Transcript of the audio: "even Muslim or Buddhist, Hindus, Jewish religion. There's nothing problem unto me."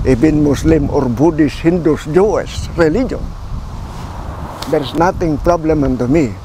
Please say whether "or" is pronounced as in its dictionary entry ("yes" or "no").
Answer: yes